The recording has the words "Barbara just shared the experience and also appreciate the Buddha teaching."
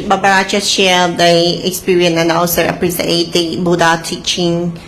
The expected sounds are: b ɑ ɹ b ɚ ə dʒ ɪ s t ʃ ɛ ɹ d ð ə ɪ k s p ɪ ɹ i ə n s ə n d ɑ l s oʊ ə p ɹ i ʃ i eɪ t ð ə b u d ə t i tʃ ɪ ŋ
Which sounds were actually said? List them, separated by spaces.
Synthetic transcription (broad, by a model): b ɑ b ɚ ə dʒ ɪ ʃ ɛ l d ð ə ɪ k s p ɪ ɹ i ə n ə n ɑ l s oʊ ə p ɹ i s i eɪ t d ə b u d ə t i tʃ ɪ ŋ